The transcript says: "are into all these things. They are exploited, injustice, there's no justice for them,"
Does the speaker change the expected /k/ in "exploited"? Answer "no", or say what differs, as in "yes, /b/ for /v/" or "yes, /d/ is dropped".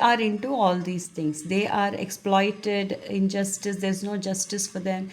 no